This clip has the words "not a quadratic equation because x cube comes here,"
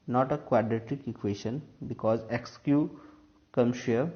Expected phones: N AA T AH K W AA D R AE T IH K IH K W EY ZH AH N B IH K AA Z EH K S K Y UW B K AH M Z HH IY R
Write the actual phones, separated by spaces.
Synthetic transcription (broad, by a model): N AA T AH K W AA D R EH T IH K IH K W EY SH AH N B IH K AA Z EH K S K Y UW K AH M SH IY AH